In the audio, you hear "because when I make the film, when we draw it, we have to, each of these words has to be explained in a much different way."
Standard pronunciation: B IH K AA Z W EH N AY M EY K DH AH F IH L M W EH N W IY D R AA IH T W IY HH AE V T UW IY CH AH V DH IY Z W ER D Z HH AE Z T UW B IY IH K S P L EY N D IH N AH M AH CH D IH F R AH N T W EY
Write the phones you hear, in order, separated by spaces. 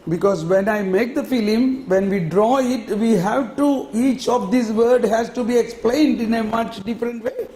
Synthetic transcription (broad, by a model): B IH K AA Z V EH N AY M EY K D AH F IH L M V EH N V IY D R AA IH T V IY HH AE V T UW IY CH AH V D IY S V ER D HH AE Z T UW B IY IH K S P L EY N D IH N AH M AH CH D IH F R AH N T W EY